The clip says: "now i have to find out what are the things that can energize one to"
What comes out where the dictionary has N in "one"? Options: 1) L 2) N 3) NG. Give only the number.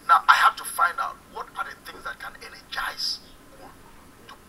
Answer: 1